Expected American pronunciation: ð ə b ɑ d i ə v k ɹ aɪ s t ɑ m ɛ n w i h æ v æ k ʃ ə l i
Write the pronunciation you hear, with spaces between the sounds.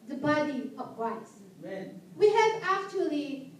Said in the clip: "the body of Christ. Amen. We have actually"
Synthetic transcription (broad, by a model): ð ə b ɑ d i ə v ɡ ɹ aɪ t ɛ w i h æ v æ k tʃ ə l i